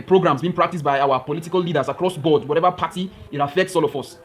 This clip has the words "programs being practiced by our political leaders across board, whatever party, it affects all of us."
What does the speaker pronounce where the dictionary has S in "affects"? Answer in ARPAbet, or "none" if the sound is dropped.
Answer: S